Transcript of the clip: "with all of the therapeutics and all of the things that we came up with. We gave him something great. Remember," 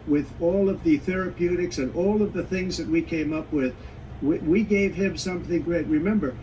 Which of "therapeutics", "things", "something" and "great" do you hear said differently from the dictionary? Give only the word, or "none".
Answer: none